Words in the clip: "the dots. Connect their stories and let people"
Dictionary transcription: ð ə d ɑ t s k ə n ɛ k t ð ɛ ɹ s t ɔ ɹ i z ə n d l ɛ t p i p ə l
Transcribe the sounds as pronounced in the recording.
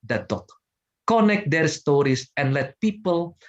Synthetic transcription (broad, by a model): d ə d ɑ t k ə n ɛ k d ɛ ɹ s t ɔ ɹ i s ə n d l ɛ t p i p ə l